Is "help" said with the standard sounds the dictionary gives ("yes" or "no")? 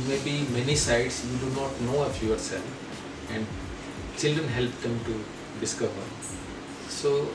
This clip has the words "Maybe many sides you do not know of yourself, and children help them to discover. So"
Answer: yes